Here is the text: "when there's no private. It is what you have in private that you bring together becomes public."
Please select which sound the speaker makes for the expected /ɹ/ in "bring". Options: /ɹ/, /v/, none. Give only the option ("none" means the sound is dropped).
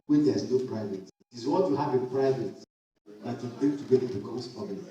none